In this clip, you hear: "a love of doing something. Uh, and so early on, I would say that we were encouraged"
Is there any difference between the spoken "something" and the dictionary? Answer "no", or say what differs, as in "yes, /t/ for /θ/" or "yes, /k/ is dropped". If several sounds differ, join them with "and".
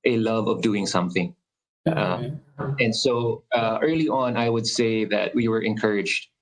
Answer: no